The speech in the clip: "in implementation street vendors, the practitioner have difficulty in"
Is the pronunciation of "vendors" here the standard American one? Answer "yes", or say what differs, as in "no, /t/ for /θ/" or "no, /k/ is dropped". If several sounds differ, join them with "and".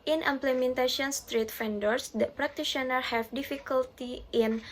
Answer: no, /f/ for /v/